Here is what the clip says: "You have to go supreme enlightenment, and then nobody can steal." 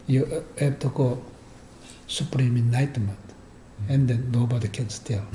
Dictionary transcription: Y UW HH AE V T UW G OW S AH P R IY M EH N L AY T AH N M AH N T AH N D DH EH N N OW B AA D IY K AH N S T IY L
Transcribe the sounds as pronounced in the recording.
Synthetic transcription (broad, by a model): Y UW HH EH B T UW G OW S AH P R IY M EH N AY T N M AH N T AH N D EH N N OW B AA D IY K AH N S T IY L